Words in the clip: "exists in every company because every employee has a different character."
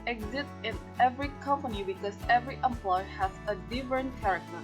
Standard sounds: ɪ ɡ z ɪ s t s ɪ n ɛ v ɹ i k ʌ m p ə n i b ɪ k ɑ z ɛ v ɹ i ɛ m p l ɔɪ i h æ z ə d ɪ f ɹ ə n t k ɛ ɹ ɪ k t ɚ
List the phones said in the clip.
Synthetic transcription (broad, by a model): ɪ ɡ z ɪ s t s ɪ n ɛ v ɹ i k ʌ m p ə n i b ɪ k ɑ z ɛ v ɹ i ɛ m p l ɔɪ h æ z ə d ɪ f ɹ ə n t k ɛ ɹ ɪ k t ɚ